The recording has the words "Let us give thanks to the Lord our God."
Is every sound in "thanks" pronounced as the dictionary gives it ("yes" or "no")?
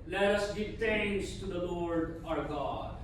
no